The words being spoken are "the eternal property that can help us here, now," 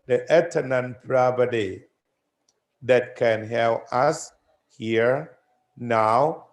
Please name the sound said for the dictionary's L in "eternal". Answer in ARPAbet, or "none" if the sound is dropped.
N